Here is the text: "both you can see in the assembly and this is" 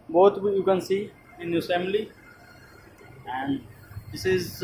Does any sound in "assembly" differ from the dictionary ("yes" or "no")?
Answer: yes